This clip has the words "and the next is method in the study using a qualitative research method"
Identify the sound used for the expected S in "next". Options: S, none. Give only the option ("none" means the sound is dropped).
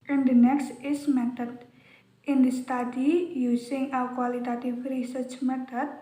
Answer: S